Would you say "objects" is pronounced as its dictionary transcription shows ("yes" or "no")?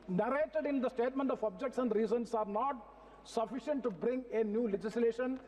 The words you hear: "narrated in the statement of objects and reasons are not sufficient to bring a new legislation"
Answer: yes